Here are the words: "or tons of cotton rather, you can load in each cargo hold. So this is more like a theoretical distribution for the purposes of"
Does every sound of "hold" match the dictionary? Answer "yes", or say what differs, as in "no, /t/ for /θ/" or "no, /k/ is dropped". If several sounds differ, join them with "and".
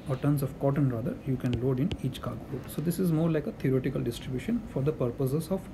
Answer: no, /l/ is dropped